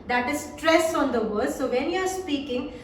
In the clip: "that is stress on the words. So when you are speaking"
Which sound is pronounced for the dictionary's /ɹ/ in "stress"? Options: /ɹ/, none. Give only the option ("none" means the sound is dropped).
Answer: /ɹ/